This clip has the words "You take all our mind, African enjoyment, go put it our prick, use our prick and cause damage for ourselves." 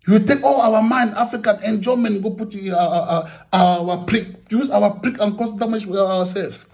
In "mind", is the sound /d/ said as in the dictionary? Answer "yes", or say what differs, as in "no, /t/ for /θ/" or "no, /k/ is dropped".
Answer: yes